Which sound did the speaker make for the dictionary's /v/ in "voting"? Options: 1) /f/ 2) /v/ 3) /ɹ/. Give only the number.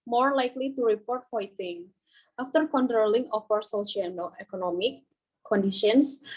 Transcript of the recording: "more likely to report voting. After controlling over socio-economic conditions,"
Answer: 1